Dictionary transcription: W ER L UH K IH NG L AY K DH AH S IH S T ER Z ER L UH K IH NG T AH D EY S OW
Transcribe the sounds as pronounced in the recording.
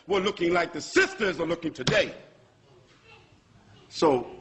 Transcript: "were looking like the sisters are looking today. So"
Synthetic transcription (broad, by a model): W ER L UH K IH NG L AY K DH AH S IH S T ER Z ER L UH K IH NG T AH D EY S OW